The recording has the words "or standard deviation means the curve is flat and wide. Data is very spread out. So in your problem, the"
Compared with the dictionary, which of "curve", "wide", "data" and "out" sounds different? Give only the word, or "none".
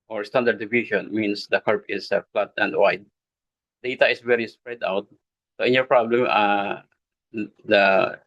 curve